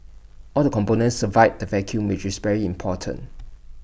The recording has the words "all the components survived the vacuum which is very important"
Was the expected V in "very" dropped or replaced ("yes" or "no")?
no